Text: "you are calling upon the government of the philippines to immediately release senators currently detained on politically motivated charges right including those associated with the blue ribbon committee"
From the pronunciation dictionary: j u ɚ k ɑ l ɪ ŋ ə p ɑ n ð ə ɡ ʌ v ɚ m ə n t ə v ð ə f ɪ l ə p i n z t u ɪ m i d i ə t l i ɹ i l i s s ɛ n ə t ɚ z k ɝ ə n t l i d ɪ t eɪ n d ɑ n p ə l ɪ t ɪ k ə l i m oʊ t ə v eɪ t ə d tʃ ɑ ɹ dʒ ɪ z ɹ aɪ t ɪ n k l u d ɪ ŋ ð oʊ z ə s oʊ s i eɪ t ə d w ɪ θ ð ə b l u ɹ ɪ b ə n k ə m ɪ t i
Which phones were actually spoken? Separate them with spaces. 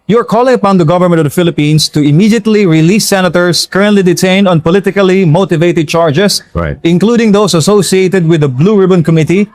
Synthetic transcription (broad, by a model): j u ɚ k ɑ l ɪ ŋ ə p ɑ n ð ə ɡ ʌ v ɚ m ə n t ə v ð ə f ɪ l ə p i n s t u ɪ m i d i ə t l i ɹ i l i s s ɛ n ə t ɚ s k ɝ ə n t l i d ɪ t eɪ n d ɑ n p ə l ɪ t ɪ k ə l i m oʊ t ə v eɪ t ə d tʃ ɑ ɹ dʒ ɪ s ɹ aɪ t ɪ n k l u d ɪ ŋ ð oʊ s ə s oʊ s i eɪ t ə d w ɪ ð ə b l u ɹ ɪ b ə n k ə m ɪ t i